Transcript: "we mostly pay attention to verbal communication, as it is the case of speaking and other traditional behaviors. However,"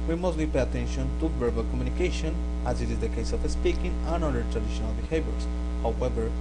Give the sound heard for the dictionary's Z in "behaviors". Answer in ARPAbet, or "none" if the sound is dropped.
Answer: S